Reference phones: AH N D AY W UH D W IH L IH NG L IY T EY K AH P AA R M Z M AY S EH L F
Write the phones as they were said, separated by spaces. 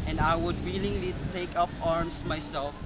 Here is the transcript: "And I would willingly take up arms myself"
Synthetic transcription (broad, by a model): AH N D AY W UH D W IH L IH NG L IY T EY K AH P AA R M S M AY S EH L F